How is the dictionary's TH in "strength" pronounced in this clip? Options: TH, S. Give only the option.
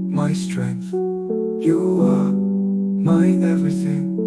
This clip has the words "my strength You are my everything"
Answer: TH